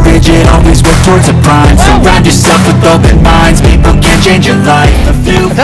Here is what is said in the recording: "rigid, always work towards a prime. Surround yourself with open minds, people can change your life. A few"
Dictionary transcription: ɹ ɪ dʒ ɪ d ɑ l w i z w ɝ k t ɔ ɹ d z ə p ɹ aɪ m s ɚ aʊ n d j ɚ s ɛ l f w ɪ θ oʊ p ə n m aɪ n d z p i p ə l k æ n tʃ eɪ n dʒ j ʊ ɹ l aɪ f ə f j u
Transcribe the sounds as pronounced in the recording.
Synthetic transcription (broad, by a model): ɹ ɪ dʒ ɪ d ɑ l w i z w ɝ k t ɔ ɹ d z ə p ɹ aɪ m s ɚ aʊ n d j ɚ s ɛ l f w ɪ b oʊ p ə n m aɪ n d z p i p l k æ n tʃ eɪ n dʒ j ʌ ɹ l aɪ f ə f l